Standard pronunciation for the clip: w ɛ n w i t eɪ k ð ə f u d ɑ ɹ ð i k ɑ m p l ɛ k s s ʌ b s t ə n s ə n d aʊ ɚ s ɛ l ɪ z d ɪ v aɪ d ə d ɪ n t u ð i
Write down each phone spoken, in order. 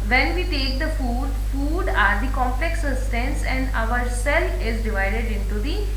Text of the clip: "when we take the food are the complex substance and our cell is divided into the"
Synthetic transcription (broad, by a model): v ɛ n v i t eɪ k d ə f u d ɑ ɹ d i k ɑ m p l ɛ k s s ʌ s t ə n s ə n d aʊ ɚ s ɛ l ɪ z d ɪ v aɪ d ə d ɪ n t u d i